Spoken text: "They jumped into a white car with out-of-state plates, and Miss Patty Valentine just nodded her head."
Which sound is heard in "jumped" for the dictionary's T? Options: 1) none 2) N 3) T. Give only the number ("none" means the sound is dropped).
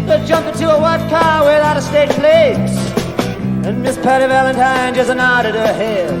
1